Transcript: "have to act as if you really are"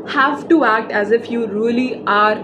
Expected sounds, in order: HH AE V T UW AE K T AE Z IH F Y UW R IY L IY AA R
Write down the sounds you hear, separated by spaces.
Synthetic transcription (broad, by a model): HH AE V T UW AE K T AE Z IH F Y UW R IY L IY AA R